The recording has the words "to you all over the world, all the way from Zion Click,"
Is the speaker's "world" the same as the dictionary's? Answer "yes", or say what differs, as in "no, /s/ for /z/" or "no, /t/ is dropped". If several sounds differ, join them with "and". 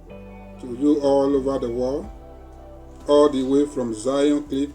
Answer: no, /d/ is dropped